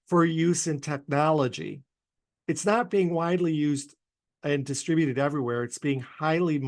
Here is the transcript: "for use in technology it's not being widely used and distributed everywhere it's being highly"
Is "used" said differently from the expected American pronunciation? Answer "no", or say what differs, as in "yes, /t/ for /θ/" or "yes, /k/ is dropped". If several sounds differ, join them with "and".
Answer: no